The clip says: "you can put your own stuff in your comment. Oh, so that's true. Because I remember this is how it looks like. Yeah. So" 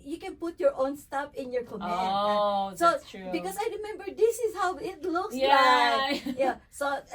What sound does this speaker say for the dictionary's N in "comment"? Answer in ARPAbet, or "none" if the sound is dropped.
none